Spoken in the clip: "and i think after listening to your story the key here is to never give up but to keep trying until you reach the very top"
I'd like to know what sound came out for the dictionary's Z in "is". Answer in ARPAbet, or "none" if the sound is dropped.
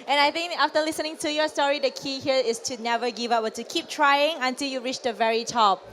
S